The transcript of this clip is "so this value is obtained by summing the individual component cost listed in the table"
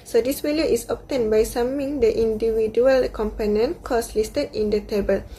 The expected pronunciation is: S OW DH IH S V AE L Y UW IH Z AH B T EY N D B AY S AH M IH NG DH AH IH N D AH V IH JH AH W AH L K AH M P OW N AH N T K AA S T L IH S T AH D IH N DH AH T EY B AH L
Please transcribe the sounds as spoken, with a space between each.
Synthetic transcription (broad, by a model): S OW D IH S W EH L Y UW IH S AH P T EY N B AY S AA M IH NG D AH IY N D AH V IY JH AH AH L K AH M P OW N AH N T K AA S L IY S T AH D IH N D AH T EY B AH L